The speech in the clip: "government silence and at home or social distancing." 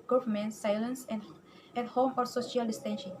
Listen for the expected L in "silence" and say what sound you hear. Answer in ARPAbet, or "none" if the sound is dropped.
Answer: L